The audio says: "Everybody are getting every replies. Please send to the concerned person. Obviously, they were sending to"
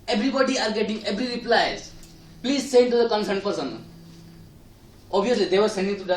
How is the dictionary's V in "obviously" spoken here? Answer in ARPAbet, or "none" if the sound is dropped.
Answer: none